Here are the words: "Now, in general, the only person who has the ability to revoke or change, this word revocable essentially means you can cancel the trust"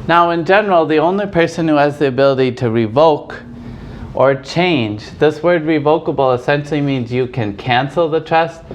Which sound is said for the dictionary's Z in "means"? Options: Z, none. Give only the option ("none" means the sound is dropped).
Z